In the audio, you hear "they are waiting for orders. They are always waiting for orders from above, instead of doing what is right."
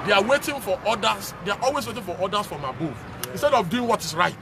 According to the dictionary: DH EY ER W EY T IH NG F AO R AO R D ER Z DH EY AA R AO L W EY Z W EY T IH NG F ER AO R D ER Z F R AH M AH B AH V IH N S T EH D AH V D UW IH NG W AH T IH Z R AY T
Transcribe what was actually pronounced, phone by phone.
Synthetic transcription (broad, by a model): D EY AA W EY T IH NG F AO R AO D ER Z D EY AA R AO L W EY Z W EY T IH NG F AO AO D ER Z F R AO M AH B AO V IH N S T EH D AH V D UW IH NG W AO T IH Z R AY T